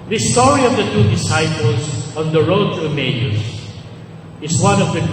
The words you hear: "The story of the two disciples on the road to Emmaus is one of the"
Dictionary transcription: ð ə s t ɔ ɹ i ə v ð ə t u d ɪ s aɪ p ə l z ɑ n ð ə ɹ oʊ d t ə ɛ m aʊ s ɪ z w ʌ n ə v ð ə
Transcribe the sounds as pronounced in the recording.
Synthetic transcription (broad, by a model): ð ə s t ɔ ɹ i ə v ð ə t u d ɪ s aɪ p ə l s ɑ n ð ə ɹ oʊ d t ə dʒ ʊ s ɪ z w ʌ n ə v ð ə